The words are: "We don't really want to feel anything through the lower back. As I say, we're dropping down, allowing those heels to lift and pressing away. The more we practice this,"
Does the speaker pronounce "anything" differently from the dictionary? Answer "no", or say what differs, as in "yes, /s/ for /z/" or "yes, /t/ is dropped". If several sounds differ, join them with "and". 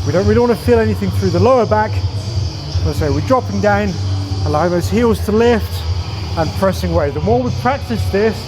no